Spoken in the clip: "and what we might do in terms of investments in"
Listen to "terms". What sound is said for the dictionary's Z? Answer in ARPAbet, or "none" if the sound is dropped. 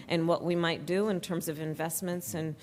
Z